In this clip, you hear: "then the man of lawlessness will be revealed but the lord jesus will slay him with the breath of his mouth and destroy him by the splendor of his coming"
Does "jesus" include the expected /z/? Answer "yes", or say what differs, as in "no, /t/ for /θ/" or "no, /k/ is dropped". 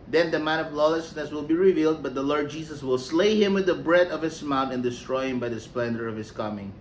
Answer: no, /s/ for /z/